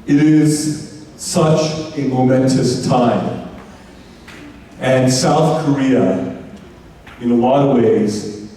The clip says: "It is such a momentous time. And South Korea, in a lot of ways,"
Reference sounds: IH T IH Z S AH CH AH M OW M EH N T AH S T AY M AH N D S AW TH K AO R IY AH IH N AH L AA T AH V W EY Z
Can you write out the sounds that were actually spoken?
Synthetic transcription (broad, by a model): IH T IH Z S AH CH AH M OW M EH N T AH S T AY M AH N S AW TH K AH R IY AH IH N AH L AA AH W EY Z